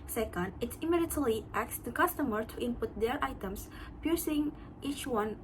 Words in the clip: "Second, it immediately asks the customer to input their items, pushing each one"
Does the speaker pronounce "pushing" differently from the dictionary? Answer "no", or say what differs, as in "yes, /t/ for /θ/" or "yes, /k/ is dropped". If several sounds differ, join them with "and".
yes, /s/ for /ʃ/